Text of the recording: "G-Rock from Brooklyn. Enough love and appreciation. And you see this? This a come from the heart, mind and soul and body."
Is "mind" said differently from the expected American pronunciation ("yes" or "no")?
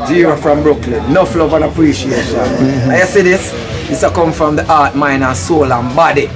yes